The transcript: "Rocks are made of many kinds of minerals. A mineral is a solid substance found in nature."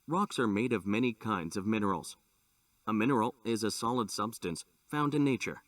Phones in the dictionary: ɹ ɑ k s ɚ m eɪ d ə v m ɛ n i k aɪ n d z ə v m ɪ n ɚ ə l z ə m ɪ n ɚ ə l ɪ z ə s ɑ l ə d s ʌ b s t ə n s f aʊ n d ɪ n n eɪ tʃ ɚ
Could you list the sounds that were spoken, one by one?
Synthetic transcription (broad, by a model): ɹ ɑ k s ɚ m eɪ d ə v m ɛ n i k aɪ n d z ə v m ɪ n ɚ l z ə m ɪ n ɚ l ɪ z ə s ɑ l ə d s ʌ b s t ə n s f aʊ n d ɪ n n eɪ tʃ ɚ